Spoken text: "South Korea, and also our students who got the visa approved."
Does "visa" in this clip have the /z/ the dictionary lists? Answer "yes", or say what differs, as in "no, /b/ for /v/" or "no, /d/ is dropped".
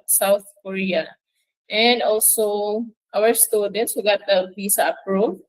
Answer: no, /s/ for /z/